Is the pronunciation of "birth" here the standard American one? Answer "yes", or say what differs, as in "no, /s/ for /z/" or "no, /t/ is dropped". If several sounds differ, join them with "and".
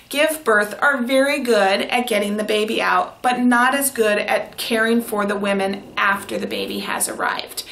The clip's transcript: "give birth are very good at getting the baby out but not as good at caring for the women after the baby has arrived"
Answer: yes